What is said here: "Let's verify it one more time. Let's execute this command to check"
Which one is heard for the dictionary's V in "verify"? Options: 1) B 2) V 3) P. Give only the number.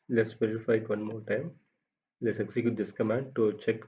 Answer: 3